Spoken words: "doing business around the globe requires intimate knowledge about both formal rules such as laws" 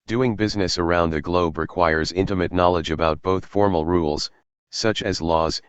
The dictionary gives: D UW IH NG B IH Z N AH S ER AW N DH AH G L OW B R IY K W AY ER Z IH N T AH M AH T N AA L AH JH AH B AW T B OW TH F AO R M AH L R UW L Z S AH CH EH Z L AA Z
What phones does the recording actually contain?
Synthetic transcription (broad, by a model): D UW IH NG B IH Z N AH S ER AW N DH AH G L OW B R IY K W AY ER Z IH N T AH M AH T N AA L AH JH AH B AW T B OW TH F AO R M L R UW L Z S AH CH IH Z L AA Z